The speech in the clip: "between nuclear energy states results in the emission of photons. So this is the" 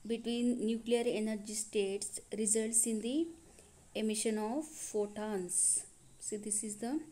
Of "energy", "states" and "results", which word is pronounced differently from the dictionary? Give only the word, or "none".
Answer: none